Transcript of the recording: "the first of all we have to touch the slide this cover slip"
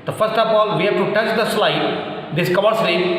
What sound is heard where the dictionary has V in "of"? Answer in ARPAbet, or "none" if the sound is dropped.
P